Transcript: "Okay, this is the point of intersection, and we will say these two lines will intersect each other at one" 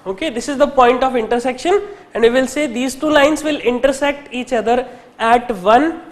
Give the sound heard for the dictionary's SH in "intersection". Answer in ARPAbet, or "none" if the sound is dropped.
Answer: SH